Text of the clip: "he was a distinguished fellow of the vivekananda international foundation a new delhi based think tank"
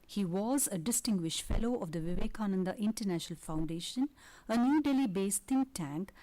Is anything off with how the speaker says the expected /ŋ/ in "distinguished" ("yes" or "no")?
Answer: no